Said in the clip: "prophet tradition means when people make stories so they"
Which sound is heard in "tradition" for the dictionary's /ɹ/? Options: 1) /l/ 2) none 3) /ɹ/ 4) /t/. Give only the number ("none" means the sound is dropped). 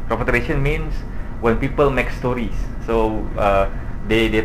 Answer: 2